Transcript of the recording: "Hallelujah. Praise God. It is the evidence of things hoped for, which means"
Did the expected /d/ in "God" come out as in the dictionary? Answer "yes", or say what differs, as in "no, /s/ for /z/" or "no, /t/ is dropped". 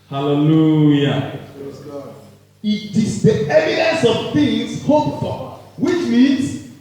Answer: no, /d/ is dropped